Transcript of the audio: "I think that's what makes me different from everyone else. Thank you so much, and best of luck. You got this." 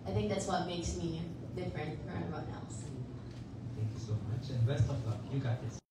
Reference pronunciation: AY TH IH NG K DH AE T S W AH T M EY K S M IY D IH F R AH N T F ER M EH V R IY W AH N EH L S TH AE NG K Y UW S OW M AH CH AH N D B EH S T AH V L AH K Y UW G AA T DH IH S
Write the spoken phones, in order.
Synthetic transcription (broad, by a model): AY TH IH NG K DH AE T S W AH T M EY K S M IY D IH F R AH N T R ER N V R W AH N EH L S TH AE NG K Y UW S OW M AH CH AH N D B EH S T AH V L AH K Y UW G AA T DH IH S